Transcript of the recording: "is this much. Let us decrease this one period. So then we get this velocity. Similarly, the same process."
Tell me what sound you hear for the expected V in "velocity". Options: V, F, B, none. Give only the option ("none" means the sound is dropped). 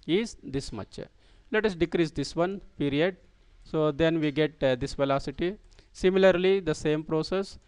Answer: V